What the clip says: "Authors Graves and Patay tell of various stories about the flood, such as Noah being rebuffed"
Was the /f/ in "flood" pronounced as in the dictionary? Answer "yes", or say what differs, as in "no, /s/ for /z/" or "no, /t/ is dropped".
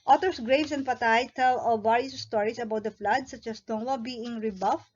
yes